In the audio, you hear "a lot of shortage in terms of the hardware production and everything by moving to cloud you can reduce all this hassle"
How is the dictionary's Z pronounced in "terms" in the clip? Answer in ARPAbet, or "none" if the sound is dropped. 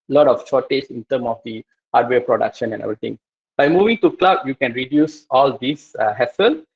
none